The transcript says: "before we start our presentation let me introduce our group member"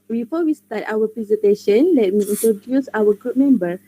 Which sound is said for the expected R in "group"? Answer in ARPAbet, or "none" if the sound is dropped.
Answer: R